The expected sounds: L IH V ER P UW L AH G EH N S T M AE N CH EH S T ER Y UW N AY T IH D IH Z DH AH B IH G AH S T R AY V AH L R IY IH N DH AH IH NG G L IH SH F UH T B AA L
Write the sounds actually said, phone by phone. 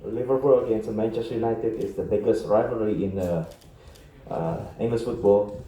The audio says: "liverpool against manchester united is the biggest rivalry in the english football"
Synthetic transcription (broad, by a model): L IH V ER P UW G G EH N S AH M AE N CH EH S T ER Y UW N AY T IH D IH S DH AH B IH G AH S T R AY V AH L R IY IH N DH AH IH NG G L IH S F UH T B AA L